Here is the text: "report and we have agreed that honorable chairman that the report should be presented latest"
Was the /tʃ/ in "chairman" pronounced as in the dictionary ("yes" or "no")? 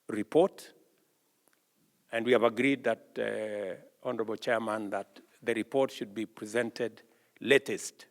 yes